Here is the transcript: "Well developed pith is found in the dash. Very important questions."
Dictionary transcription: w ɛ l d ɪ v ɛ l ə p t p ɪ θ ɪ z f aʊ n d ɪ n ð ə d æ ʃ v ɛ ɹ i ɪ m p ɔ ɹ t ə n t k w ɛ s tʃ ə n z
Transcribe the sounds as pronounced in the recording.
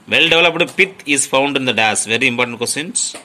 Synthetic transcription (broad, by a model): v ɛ l d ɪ v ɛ l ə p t p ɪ t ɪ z f aʊ n d ɪ n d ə d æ s v ɛ ɹ i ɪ m p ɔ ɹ t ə n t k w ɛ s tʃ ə n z